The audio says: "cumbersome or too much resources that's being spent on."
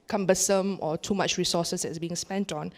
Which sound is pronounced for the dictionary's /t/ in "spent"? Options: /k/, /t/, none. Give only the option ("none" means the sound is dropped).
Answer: /t/